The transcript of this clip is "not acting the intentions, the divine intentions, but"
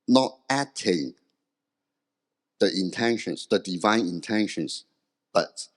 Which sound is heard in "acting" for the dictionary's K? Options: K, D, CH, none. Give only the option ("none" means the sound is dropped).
none